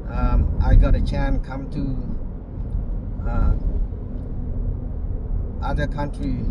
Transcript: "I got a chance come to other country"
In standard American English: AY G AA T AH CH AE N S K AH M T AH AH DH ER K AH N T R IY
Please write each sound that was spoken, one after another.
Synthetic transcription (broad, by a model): AY G AA T AH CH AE N K AH M T AH AH DH ER K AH N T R IY